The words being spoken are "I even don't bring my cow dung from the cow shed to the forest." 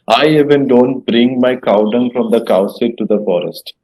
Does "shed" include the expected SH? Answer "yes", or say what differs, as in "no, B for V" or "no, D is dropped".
no, S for SH